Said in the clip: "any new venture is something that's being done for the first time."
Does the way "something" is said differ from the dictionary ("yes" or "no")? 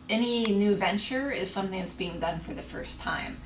no